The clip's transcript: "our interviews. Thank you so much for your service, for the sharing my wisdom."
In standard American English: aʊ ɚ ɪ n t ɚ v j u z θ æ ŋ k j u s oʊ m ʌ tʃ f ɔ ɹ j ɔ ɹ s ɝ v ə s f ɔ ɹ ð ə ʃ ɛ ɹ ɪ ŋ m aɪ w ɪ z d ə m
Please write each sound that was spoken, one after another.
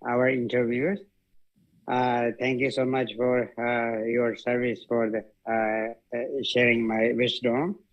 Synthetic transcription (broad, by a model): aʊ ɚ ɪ n t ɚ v j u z t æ ŋ k j u s oʊ m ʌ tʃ f ɔ ɹ j ɔ ɹ s ɝ v ə s f ɔ ɹ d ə ʃ ɛ ɹ ɪ ŋ m aɪ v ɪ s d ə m